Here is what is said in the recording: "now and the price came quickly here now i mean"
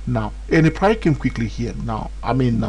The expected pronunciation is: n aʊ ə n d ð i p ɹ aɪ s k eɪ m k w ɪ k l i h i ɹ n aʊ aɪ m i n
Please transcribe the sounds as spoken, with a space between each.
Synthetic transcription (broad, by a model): n aʊ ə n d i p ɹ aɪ k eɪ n k w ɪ k l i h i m n aʊ aɪ m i n